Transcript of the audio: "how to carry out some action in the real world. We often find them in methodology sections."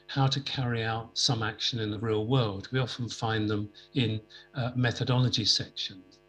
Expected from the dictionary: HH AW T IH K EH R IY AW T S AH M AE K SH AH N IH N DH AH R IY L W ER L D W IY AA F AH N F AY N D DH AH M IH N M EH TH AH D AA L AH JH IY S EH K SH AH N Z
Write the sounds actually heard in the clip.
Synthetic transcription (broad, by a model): HH AW T IH K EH R IY AW T S AH M AE K SH AH N IH N DH AH R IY L W ER L D W IY AA F AH N F AY N DH AH M IH N M EH TH AH D AA L AH JH IY S EH K SH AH N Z